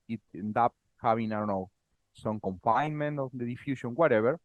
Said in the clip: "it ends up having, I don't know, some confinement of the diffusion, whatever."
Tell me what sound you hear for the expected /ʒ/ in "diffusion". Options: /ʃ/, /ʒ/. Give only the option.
/ʃ/